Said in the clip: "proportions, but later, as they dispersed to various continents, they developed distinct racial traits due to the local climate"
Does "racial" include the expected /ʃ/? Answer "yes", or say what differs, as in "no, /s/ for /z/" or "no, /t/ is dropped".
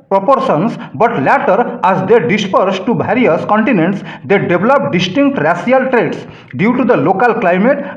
no, /s/ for /ʃ/